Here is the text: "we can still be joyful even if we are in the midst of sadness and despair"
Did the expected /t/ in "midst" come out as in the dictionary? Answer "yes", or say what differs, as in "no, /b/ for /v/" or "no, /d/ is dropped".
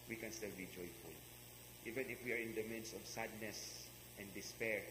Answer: no, /t/ is dropped